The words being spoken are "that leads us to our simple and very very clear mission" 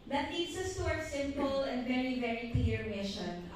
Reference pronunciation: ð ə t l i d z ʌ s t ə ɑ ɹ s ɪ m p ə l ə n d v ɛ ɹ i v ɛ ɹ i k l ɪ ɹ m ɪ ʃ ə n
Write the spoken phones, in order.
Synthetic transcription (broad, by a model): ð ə t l i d s ʌ s t ə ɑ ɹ s ɪ m p ə l ə n d v ɛ ɹ i v ɛ ɹ i k l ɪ ɹ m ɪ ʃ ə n